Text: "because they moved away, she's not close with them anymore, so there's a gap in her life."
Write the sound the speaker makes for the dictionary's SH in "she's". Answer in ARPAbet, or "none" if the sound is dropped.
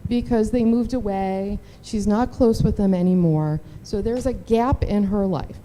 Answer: SH